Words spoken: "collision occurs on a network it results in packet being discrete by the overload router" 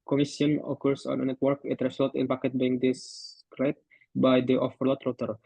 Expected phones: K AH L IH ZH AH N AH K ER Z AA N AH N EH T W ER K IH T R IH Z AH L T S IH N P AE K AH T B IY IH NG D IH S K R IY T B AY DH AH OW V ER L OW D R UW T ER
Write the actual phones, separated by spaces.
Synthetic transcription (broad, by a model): K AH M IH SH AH N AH K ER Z AA N AH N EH T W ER K IH T R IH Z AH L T IH N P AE K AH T B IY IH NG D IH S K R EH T B AY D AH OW F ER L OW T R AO T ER